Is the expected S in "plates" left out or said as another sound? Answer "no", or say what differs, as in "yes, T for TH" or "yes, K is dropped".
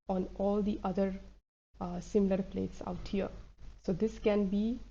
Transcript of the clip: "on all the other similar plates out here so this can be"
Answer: no